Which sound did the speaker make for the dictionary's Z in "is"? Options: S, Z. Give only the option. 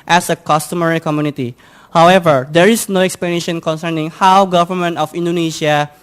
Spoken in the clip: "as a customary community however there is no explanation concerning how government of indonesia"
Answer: S